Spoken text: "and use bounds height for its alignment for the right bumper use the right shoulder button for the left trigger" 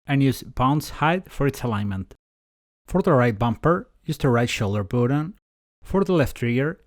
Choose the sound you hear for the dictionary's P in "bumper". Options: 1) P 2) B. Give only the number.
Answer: 1